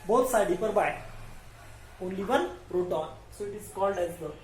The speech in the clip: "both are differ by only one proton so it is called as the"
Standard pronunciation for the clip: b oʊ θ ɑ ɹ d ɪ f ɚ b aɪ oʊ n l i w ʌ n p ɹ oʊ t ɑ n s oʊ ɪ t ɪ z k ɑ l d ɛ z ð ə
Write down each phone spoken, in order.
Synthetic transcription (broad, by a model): b oʊ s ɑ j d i p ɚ b aɪ oʊ n l i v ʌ n ɹ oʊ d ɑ n s oʊ ɪ t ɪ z k ɑ l d ɛ z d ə